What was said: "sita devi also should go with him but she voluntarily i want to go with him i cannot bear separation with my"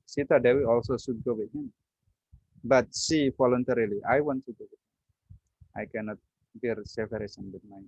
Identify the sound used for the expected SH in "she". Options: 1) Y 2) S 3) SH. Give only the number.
2